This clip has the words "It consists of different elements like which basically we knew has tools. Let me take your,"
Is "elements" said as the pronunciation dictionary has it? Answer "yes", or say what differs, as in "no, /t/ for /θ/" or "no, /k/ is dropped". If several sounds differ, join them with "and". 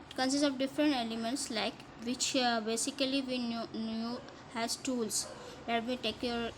yes